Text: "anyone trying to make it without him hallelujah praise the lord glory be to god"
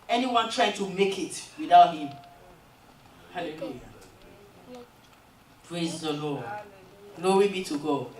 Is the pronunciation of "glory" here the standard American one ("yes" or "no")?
no